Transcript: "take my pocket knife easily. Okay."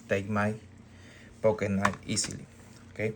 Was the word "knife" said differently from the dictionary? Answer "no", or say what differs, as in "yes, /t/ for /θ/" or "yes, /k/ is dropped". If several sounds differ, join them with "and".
yes, /f/ is dropped